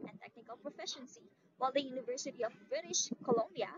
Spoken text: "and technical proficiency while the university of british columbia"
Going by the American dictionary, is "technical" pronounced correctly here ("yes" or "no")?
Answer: yes